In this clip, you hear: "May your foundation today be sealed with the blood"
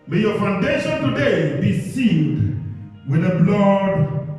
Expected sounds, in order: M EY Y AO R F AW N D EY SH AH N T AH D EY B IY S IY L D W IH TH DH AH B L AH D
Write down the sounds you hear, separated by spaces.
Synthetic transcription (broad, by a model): M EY Y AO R F AW N D EY SH AH N T AH D EY B IY S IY N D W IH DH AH B L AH D